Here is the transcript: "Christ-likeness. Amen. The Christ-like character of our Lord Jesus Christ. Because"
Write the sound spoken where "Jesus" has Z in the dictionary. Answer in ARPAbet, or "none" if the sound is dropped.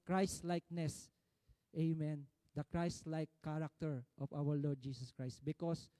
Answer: S